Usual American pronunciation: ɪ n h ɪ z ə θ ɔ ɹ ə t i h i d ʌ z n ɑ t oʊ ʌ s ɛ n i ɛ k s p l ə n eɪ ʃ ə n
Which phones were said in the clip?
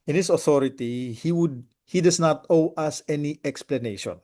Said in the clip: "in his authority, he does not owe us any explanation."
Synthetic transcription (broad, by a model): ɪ n h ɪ s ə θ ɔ ɹ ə t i h i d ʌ s n ɑ t oʊ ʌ s ɛ n i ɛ k s p l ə n eɪ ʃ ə n